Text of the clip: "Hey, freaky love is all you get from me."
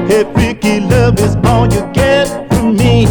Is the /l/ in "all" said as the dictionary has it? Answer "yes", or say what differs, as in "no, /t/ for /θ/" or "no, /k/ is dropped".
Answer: no, /n/ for /l/